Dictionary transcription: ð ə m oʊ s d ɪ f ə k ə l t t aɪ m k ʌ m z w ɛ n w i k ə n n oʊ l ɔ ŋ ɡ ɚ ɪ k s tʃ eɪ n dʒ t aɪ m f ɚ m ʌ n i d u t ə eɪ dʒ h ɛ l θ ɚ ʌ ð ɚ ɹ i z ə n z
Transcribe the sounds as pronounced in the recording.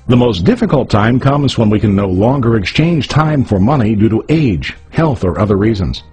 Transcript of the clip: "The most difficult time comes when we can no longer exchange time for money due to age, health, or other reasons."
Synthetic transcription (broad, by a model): ð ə m oʊ s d ɪ f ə k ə l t t aɪ m k ʌ m z w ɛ n w i k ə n n oʊ l ɔ ŋ ɡ ɚ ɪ k s tʃ eɪ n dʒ t aɪ m f ɚ m ʌ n i d u t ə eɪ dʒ h ɛ l θ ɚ ʌ ð ɚ ɹ i z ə n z